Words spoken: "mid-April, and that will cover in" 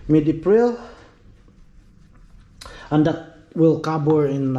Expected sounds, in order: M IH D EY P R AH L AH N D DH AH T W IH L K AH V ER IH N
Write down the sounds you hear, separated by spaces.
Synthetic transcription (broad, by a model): M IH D EY P R AH L AH N D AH T W IH L K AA B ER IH N